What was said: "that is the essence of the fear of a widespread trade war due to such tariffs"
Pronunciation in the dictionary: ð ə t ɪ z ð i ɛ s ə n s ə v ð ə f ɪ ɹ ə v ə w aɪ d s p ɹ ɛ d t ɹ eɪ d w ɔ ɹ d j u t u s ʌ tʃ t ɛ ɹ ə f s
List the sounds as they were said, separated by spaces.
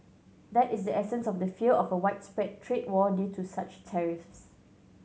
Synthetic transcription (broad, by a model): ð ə t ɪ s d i ɛ s ə n s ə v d ə f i l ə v ə w aɪ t s p ɹ ɛ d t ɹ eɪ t w ɔ d j u t u s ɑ tʃ t ɛ ɹ ə f s